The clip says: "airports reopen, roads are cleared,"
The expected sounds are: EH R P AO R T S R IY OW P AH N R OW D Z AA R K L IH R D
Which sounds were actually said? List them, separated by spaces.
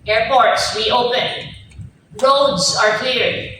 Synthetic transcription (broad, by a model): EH R P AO R T S W IY OW P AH N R OW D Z AA R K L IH R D